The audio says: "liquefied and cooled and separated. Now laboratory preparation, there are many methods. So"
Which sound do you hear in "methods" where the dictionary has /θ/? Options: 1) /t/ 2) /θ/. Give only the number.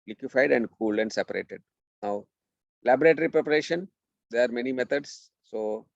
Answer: 1